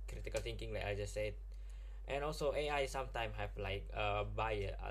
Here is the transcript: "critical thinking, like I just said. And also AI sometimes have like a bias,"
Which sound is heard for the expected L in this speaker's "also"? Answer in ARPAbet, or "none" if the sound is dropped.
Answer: L